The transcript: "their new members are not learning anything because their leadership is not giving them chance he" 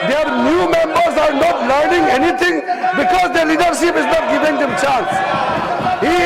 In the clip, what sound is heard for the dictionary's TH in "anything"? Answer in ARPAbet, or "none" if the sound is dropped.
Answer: T